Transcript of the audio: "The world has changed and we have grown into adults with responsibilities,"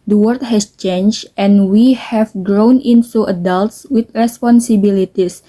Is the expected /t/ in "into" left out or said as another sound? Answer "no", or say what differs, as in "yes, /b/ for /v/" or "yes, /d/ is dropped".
yes, /s/ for /t/